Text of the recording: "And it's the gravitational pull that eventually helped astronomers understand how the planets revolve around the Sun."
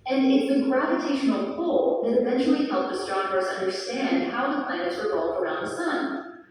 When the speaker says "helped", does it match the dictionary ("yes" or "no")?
no